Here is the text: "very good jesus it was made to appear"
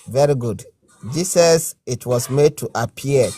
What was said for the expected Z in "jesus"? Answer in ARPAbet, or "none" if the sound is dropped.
S